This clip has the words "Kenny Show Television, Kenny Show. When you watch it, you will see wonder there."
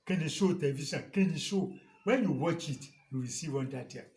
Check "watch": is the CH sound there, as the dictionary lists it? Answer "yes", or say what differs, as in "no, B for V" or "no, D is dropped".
yes